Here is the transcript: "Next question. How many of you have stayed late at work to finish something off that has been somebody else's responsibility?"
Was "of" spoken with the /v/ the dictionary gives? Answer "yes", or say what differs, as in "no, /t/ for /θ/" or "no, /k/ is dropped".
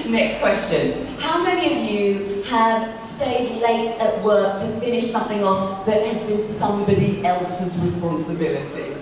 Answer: yes